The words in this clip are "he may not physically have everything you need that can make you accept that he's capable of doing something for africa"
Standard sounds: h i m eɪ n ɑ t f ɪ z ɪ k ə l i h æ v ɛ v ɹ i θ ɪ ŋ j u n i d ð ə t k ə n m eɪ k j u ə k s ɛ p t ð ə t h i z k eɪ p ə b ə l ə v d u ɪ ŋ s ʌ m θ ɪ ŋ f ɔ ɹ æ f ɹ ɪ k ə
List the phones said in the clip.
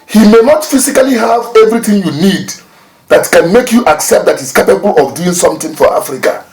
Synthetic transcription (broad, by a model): h i m eɪ n ɑ t f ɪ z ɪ k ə l i h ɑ v ɛ v ɹ i θ ɪ ŋ j u n i d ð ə t k ə n m eɪ k j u ə k s ɛ p t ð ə t h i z k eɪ p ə b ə l ə v d u ɪ ŋ s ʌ m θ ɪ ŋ f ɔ ɹ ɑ f ɹ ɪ k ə